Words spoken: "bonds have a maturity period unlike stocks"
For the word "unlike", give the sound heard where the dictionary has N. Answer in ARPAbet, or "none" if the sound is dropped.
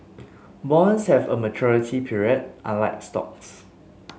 none